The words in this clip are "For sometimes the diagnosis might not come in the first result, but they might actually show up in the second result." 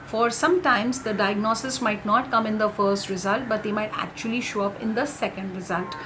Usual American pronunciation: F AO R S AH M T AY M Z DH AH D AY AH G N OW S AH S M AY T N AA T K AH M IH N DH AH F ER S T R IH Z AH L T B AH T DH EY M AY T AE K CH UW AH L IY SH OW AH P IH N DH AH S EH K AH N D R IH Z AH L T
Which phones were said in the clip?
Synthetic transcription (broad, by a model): F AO R S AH M T AY M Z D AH D AY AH G N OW S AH S M AY T N AA T K AH M IH N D AH F ER S T R IH Z AH L T B AH T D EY M AY T AE K CH UW AH L IY SH OW AH P IH N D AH S EH K AH N D R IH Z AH L T